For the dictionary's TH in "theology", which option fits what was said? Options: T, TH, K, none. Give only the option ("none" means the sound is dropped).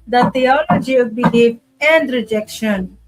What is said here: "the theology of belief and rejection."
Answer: T